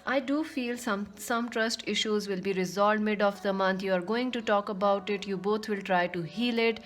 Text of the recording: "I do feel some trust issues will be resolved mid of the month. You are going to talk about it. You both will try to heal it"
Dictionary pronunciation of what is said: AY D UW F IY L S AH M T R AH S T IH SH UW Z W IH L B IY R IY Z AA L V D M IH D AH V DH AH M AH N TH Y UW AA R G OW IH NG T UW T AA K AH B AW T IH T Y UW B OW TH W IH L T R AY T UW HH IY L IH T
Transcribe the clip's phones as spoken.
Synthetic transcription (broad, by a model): AY D UW F IY L S AH M T R AH S T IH SH UW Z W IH L B IY R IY Z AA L D M IH D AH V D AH M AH N T Y UW AA R G OW IH NG T UW T AA K AH B AW T IH T Y UW B OW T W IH L T R AY T UW HH IY L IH T